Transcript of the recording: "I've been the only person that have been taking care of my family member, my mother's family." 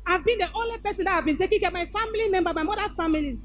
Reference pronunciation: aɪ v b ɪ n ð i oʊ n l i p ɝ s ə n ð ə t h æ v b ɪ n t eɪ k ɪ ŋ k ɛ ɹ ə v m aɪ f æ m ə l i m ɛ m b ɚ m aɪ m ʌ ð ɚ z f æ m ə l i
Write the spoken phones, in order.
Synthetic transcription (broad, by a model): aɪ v b ɪ n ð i oʊ n l i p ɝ s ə n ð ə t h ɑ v b ɪ n t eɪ k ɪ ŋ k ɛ m aɪ f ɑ m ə l i m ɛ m b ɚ m aɪ m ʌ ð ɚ f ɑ m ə l i